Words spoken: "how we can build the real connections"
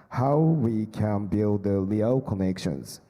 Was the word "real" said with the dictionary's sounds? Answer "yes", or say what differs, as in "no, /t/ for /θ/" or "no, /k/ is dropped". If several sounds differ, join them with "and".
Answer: no, /l/ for /ɹ/